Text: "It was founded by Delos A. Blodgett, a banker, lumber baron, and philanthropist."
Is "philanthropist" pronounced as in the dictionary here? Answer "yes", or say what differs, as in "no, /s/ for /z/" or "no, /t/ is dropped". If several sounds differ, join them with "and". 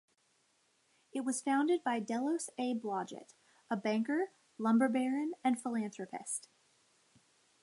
yes